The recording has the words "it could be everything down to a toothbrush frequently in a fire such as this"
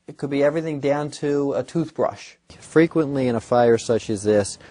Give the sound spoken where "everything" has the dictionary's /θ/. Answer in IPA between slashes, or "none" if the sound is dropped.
/θ/